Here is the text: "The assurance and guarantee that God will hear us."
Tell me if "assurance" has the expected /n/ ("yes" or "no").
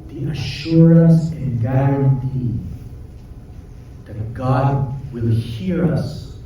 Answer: no